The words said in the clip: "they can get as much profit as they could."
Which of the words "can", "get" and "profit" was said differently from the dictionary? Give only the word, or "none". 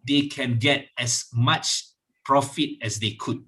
none